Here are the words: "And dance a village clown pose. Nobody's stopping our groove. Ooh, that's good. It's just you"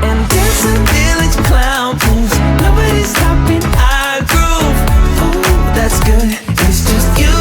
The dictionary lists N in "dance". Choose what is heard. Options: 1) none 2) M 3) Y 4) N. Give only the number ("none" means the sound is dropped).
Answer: 1